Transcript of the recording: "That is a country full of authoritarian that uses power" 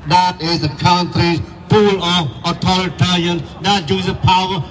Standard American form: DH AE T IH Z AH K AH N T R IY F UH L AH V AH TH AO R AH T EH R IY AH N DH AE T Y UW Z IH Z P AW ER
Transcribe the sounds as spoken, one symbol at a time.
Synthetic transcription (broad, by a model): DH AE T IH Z AH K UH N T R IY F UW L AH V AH T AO R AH T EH R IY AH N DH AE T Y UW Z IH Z P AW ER